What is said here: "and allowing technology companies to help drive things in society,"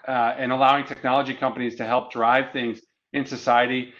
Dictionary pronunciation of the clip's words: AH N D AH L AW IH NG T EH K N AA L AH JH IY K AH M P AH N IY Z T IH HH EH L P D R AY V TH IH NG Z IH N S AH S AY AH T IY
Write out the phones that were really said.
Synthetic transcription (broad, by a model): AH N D AH L AW IH NG T EH K N AA L AH JH IY K AH M P AH N IY Z T IH HH EH L P D R AY V TH IH NG Z IH N S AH S AY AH T IY